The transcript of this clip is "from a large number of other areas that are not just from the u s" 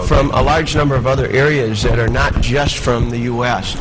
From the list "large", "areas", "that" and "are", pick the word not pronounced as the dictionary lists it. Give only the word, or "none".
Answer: none